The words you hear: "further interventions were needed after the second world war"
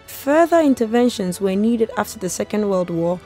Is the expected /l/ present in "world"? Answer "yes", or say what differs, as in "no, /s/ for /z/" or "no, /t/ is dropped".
yes